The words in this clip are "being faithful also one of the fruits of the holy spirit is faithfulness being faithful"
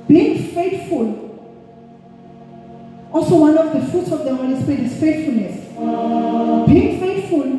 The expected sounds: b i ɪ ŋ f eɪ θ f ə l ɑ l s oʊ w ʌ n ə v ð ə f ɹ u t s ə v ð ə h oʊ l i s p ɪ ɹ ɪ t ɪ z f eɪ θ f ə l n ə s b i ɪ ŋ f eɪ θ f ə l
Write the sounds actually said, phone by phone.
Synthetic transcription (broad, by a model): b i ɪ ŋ f eɪ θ f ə l ɑ l s oʊ w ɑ n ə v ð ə f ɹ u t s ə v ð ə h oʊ n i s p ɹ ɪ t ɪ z f eɪ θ f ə l n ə s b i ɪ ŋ f eɪ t f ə l